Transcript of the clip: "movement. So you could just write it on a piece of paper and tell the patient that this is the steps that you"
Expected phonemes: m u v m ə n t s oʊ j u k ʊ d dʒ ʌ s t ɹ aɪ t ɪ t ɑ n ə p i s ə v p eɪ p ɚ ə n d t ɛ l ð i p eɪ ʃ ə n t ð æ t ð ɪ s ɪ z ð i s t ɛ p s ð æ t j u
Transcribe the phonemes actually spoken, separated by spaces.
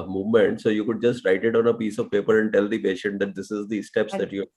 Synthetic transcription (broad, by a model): m u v m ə n t s oʊ j u k ʊ d dʒ ʌ s t ɹ aɪ t ɪ t ɑ n ə p i s ə v p eɪ p ɚ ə n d t ɛ l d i p eɪ ʃ ə n t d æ t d ɪ s ɪ z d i s t ɛ p s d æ t j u